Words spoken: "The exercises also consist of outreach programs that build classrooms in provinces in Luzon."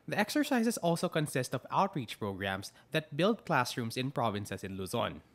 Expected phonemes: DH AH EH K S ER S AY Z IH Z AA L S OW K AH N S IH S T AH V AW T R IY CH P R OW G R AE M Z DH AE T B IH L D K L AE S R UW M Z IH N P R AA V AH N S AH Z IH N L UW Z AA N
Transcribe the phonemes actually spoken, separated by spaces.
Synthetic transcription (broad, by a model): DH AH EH K S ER S AY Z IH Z AA L S OW K AH N S IH S T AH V AW T R IY CH P R OW G R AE M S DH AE T B IH L D K L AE S R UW M S IH N P R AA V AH N S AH S IH N L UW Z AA N